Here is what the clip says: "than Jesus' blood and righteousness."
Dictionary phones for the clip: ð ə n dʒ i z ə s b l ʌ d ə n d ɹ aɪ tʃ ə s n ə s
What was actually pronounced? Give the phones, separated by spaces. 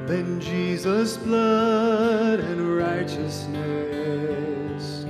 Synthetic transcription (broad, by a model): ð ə n dʒ i z ə s b l ʌ d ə n ɹ aɪ tʃ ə s n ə s